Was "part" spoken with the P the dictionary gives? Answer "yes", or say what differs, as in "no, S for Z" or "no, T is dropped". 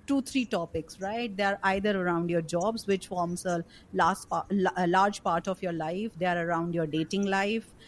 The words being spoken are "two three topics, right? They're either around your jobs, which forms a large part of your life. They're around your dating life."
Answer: yes